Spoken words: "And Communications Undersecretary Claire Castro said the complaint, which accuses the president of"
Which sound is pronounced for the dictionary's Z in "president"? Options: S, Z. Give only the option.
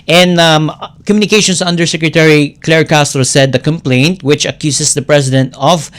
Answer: S